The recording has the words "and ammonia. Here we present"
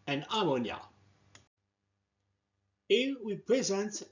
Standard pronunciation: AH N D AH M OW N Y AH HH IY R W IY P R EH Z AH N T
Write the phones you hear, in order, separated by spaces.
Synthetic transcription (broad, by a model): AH N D AH M OW N Y AH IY L W IY P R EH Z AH N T